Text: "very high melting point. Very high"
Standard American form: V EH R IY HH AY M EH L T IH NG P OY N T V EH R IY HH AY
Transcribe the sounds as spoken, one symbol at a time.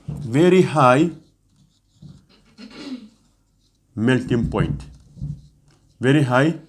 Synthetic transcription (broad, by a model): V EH R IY HH AY M EH L T IH NG P OY N T V EH R IY HH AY